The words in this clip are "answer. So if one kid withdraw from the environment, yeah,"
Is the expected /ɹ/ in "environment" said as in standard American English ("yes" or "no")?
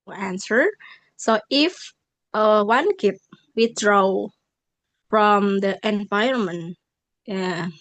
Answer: no